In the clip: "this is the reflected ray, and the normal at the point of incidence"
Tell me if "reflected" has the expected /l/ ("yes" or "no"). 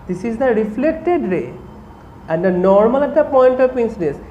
yes